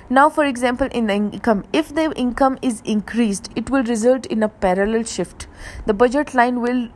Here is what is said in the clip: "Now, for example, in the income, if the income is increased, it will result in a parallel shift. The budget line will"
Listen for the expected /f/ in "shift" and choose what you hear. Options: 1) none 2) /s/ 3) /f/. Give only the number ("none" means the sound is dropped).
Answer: 3